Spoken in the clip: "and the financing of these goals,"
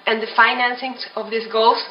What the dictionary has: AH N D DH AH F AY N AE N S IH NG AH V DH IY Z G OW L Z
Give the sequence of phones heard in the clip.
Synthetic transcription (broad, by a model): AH N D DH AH F AY N AE N S IH NG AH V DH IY S G OW L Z